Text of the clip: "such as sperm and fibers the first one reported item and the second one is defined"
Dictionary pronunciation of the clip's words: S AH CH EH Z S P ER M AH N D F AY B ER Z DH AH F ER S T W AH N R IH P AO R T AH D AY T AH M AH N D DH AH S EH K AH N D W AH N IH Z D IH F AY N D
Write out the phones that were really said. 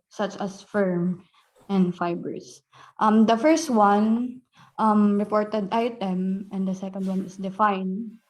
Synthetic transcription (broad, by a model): S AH CH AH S F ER M AH N D F AY B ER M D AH F ER S T W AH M R IH P AO R T AH D AY T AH M AH N D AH S EH K AH N D W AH N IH S D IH F AY N D